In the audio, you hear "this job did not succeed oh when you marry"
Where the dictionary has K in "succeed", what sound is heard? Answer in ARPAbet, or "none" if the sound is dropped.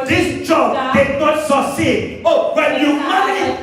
none